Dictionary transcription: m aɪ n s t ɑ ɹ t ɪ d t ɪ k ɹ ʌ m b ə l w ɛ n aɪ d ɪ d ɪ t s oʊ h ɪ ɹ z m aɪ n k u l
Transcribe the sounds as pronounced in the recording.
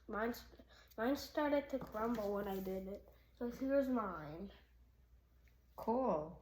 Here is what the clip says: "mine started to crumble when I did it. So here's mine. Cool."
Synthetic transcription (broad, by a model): m aɪ n s t ɑ ɹ t ɪ d t ɪ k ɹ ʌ m b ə l w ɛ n aɪ d ɪ d ɪ t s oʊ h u w z m aɪ n k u l